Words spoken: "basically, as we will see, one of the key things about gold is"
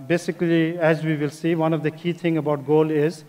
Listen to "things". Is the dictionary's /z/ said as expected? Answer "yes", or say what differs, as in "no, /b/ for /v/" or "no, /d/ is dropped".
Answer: no, /z/ is dropped